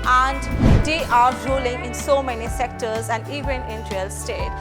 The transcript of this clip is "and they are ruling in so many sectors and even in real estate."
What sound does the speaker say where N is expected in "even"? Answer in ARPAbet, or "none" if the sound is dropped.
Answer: N